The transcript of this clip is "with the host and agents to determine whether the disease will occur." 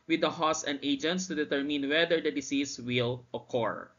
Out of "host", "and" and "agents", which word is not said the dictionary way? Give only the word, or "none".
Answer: host